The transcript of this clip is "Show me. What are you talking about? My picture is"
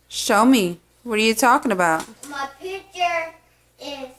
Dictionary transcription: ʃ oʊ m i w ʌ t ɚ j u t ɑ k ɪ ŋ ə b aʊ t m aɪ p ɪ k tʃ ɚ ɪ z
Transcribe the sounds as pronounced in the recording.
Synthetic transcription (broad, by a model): ʃ oʊ m i w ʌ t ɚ j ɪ t ɑ k ɪ ŋ ə b aʊ t m aɪ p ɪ tʃ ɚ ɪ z